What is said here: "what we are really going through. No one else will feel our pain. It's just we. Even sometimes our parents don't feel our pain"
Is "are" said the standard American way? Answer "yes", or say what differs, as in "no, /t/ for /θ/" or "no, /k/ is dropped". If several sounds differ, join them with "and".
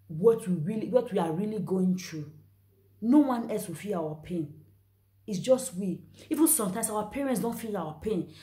no, /w/ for /ɹ/